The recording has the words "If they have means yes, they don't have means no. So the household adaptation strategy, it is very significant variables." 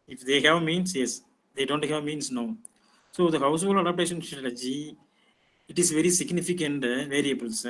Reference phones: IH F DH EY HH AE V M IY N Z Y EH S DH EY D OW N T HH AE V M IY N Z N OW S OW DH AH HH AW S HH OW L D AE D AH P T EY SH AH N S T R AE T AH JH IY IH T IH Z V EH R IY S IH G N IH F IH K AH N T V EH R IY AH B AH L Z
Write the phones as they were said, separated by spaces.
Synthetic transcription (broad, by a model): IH F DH EY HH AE V M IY N S Y EH S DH EY D OW N T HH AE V M IY N S N OW S OW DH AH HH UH S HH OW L AH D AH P T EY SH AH N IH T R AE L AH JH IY IH T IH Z V EH R IY S IH G N IH F IH K AH N T V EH R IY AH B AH L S